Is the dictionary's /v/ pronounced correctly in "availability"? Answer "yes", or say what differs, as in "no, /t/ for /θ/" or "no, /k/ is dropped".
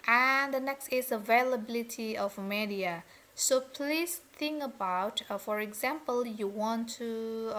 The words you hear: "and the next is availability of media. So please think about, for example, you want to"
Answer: yes